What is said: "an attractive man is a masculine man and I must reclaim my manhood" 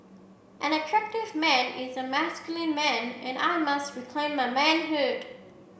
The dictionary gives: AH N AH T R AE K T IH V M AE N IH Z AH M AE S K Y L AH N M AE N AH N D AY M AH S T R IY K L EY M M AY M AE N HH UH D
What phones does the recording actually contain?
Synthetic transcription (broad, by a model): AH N AH T R AE K T IH V M AE N IH Z AH M AE S K Y L AH N M AE N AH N AY M AH S T R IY K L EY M M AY M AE N HH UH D